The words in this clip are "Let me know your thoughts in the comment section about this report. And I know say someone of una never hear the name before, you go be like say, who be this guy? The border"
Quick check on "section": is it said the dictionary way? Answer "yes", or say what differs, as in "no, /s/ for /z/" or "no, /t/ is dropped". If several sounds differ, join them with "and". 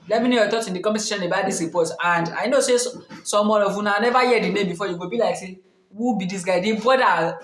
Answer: no, /k/ is dropped